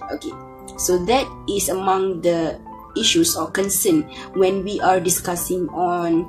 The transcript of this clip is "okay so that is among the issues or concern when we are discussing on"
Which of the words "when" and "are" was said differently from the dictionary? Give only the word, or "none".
none